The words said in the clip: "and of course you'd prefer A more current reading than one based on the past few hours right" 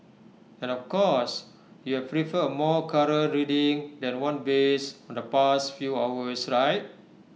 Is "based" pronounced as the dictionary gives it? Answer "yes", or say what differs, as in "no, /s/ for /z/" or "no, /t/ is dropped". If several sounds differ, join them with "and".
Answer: no, /t/ is dropped